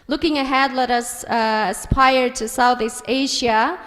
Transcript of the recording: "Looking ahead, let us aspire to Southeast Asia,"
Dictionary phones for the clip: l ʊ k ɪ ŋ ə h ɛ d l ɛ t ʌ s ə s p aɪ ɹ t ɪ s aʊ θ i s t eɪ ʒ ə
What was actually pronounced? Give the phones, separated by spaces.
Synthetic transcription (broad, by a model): l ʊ k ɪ ŋ ə h ɛ d l ɛ t ʌ s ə s p aɪ ɹ t ɪ s aʊ θ i s t eɪ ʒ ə